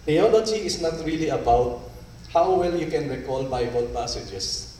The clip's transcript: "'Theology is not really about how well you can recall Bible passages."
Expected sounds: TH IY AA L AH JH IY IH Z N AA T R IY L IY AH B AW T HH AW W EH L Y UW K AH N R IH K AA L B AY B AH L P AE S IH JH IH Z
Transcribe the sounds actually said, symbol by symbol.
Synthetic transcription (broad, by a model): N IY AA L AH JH IY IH S N AA T R IY L IY AH B AW T HH AW W EH L Y UW K AH N R IH K AA L B AY B AH L P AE S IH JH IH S